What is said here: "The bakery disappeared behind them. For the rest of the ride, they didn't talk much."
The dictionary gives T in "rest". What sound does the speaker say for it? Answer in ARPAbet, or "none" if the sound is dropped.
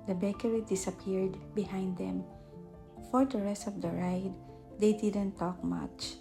T